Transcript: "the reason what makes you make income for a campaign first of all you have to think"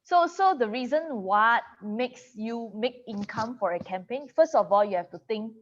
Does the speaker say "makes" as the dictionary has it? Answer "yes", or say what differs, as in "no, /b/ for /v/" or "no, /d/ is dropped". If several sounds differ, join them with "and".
yes